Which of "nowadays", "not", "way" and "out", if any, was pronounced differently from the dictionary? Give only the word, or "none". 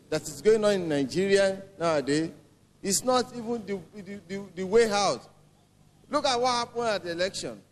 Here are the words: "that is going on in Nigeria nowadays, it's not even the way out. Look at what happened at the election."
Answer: nowadays